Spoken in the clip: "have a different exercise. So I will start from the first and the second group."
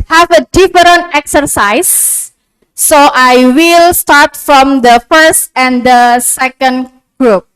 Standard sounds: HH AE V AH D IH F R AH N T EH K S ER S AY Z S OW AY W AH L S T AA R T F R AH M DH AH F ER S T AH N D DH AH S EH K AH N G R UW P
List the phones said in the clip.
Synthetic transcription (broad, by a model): HH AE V AH D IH F R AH N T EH K S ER S AY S OW AY W AH L S T AA R T F R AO M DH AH F ER S T AH N D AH S EH K AH N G R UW P